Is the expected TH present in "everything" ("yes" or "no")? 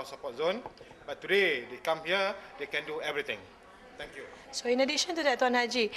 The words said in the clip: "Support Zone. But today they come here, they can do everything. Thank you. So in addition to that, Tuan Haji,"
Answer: no